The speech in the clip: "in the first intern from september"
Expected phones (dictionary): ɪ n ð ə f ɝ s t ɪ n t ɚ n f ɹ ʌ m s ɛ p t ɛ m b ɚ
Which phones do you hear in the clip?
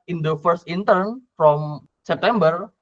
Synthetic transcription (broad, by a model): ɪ n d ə f ɝ s t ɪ n t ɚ n f ɹ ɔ m s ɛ p t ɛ m b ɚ